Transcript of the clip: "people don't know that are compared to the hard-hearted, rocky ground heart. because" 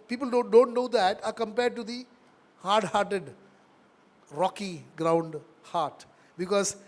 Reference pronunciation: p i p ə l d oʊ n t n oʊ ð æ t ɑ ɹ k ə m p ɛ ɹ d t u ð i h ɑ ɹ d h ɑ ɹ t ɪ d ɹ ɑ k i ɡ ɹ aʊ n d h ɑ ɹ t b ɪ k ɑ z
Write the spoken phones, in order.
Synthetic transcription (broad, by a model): p i p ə l d oʊ n t n oʊ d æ t ɑ ɹ k ə m p ɛ ɹ d t u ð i h ɑ ɹ d h ɑ ɹ t ɪ d ɹ ɑ k i ɡ ɹ aʊ n d h ɑ ɹ t b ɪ k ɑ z